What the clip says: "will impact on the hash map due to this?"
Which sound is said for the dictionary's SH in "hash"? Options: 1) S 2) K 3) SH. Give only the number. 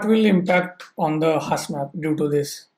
1